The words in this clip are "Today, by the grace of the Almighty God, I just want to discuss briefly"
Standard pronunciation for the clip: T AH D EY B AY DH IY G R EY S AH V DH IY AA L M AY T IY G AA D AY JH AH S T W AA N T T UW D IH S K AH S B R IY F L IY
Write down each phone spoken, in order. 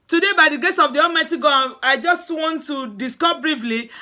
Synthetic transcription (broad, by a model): T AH D EY B AY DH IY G EY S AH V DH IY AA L M AY T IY G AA AY JH AH S T W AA N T T UW D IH S K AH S B R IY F L IY